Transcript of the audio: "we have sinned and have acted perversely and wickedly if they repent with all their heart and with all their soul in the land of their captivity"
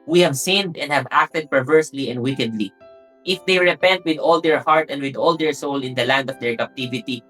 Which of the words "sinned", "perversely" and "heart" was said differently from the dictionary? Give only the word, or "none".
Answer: none